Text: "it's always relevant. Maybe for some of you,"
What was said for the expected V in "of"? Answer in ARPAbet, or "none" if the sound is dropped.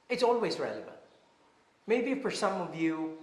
V